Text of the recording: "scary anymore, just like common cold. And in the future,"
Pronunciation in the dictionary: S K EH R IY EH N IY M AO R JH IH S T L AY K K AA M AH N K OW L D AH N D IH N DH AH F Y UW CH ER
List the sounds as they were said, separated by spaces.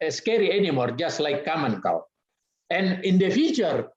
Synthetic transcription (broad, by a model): S K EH R IY EH N IY M AO R JH IH S T L AY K K AA M AH N K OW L AH N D IH N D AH F Y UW CH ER